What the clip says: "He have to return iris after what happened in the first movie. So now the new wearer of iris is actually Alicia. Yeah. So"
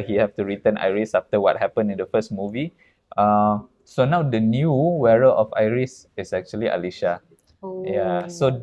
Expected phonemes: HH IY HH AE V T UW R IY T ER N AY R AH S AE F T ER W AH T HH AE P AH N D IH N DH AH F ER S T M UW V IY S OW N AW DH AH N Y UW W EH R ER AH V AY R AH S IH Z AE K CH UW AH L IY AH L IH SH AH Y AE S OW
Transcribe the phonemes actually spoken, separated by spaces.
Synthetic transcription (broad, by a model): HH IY HH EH F T UW R IY T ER N AY R AH S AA F T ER W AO T HH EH P AH N IH N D AH F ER S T M UW V IY S OW N AW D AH N Y UW W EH R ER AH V AY R AH S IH S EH K CH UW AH L IY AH L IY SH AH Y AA S OW